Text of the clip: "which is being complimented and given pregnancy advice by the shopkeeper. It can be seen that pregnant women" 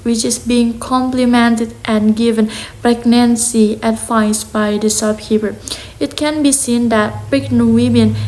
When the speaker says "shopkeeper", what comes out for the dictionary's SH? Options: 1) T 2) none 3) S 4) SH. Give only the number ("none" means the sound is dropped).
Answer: 3